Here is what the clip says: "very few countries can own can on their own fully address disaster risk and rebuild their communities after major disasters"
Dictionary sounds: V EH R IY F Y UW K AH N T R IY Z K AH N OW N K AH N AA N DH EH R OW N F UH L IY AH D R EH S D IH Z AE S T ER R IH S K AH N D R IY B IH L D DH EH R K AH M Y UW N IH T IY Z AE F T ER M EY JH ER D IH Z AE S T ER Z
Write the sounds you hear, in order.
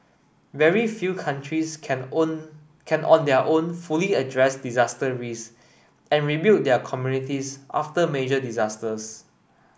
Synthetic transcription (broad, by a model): V EH R IY F Y UW K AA N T R IY S K AH N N AA N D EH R OW N F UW L IY AH D R EH S D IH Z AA S T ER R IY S AH N R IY B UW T D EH K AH M Y UW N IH T IY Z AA F T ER M EY JH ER D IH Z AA S T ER S